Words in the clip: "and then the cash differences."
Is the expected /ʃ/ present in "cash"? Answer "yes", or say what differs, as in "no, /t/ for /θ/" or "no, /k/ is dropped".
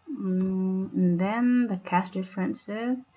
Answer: no, /s/ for /ʃ/